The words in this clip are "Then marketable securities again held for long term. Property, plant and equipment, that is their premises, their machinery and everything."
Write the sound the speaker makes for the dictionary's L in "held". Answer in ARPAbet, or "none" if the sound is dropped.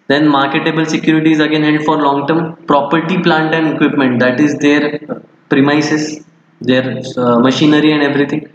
none